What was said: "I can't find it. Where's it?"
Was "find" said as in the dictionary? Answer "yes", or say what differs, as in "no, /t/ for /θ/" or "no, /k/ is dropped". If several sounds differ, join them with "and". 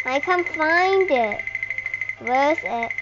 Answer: yes